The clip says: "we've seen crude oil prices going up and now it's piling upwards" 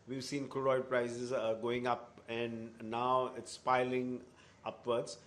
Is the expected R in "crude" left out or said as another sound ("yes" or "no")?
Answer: yes